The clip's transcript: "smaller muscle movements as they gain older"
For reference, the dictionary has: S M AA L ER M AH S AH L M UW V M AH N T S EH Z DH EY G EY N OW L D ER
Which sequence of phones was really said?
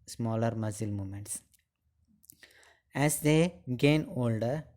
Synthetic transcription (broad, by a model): S M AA L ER M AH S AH L M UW M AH N T S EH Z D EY G EY N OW L D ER